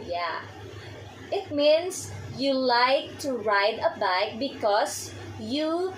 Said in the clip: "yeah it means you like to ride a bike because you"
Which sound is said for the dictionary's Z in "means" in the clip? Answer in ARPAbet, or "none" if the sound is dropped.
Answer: S